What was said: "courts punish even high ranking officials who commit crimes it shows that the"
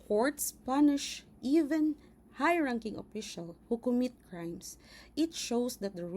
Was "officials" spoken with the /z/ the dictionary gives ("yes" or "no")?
no